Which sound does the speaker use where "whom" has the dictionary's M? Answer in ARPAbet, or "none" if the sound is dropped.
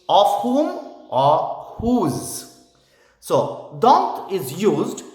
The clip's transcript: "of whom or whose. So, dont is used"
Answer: M